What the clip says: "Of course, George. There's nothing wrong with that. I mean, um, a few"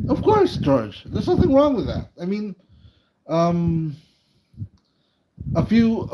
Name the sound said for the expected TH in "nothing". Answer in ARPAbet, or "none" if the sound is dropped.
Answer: TH